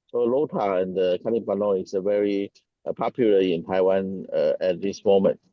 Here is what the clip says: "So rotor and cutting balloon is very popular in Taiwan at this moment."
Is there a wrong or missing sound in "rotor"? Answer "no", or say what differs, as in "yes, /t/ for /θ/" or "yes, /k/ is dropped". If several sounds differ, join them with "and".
yes, /l/ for /ɹ/